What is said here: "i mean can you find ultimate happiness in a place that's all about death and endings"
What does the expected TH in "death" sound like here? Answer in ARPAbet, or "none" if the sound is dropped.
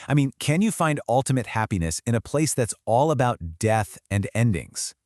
TH